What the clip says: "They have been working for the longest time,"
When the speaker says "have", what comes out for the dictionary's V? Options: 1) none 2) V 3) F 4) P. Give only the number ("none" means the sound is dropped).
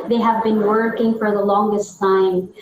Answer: 2